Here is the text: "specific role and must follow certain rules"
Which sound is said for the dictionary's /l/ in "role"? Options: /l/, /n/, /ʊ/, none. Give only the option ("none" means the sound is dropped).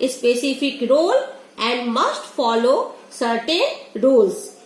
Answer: /l/